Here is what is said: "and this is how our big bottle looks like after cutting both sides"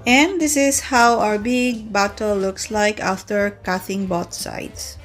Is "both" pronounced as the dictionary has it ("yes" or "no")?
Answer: no